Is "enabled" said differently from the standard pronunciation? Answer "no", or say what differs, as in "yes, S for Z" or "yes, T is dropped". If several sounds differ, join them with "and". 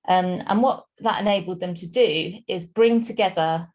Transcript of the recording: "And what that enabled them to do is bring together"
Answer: no